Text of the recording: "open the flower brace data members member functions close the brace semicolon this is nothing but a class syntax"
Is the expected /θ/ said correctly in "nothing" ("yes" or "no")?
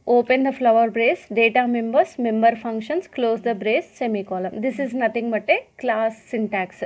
no